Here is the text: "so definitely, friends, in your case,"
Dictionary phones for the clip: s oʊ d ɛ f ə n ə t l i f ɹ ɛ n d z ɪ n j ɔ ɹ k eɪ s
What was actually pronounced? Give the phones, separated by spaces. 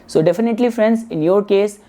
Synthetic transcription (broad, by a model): s oʊ d ɛ f ə n ə t l i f ɹ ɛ n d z ɪ n j ɔ ɹ k eɪ s